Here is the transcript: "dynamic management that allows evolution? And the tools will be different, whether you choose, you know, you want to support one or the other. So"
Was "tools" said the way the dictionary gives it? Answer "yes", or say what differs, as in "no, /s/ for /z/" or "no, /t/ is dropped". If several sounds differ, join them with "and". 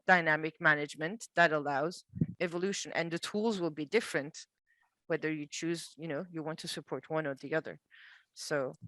yes